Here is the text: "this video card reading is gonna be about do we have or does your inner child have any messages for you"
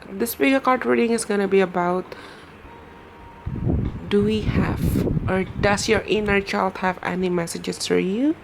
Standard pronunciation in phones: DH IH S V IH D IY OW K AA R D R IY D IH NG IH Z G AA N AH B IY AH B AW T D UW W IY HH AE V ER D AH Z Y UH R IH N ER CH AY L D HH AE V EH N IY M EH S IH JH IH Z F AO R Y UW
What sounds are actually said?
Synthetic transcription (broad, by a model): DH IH S P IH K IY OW K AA R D R IY D IH NG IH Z G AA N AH B IY AH B AW T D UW W IY HH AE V ER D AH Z Y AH R IH N ER CH AY L D HH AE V EH N IY M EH S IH JH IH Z F AO R Y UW